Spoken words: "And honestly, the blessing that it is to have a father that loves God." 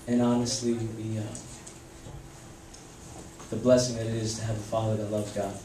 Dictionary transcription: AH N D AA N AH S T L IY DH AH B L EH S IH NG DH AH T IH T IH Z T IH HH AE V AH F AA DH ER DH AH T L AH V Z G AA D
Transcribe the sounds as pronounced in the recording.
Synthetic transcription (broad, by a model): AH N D AA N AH S T L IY DH AH B L EH S IH NG DH AH T IH T IH Z T IH V AH F AA DH ER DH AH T L AH V G AA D